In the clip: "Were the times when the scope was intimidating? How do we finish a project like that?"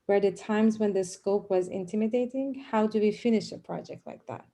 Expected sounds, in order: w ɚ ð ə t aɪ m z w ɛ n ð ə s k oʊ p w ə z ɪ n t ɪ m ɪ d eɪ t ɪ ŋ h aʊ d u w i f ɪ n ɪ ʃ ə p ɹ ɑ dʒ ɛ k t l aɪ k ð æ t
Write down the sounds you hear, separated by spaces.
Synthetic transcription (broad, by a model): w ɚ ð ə t aɪ m z w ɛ n ð ə s k oʊ p w ə z ɪ n t ɪ m ɪ d eɪ t ɪ ŋ h aʊ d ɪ w i f ɪ n ɪ ʃ ə p ɹ ɑ dʒ ɛ k t l aɪ k ð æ t